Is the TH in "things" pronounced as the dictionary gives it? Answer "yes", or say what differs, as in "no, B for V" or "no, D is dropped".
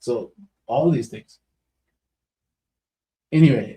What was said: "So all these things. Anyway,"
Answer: yes